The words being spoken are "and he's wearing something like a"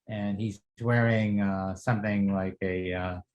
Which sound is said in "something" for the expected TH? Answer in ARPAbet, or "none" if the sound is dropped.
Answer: TH